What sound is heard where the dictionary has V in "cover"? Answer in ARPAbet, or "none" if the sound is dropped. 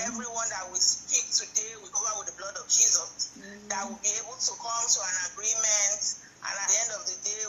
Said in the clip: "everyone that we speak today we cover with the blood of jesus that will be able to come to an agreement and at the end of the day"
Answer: none